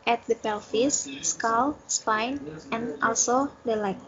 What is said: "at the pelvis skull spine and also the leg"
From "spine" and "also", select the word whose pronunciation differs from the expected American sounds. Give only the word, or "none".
none